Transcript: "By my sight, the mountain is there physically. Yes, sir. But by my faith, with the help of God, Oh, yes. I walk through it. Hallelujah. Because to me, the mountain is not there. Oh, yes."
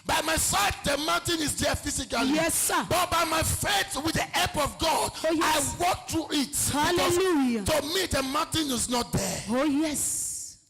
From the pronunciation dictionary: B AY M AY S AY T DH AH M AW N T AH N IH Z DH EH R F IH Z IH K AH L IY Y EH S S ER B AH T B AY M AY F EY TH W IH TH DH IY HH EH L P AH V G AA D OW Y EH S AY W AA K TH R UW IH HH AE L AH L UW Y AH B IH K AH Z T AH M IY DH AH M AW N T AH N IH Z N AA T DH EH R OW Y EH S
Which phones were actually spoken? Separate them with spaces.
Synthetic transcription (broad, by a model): B AY M AY S AY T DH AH M AW N T AH N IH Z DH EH F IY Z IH K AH L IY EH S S B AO T B AY M AY F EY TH W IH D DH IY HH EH P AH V G AA D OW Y AY W AA K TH R UW IH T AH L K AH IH T AH M IY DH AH M AW N T AH N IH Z N AA T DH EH OW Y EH S